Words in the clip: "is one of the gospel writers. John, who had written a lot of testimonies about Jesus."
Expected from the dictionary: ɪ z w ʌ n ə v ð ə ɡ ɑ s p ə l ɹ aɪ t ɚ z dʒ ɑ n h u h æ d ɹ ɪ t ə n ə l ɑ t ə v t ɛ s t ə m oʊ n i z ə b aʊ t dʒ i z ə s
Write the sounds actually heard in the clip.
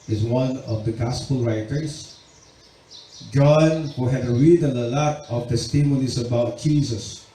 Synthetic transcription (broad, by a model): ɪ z w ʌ n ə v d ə ɡ ɑ s p ə l ɹ aɪ t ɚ s dʒ ɑ n h u h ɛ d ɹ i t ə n ə l ɑ t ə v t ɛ s t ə m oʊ n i s ə b aʊ t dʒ i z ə s